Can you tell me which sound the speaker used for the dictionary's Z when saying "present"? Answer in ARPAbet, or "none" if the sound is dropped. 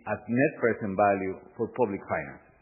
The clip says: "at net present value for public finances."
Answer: S